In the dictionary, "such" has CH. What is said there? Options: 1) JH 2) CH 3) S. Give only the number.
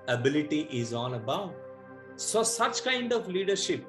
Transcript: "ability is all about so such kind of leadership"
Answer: 2